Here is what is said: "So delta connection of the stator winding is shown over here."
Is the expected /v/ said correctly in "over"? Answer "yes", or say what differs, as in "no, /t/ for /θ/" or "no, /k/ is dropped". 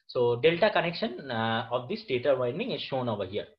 yes